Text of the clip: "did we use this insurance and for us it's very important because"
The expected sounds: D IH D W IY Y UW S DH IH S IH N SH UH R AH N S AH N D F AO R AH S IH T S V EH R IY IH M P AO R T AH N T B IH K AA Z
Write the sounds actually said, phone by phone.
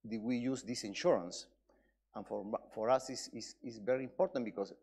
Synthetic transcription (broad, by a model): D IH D W IY Y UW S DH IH S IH N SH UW R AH N S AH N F F AO R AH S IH S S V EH R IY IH M P AO R T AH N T B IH K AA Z